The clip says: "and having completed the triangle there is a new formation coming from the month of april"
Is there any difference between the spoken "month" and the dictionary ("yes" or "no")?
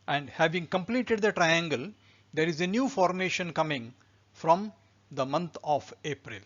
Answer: yes